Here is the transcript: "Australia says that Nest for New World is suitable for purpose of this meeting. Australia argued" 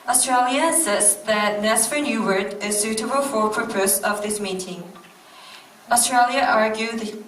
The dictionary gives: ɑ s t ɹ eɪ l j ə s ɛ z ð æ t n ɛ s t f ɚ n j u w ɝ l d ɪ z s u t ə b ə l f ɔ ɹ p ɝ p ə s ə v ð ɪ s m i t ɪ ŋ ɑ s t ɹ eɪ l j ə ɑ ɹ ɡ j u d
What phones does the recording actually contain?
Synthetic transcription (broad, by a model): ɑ s t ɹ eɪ l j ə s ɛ s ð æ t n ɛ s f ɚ n j u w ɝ d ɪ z s u t ə b ə l f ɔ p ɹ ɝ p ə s ə v ð ɪ s m i t ɪ ŋ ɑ s t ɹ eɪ l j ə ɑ ɹ ɡ j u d